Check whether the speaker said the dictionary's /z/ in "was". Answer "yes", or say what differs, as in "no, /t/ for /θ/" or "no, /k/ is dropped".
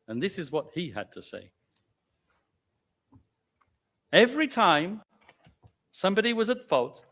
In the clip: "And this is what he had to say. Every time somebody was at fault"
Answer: yes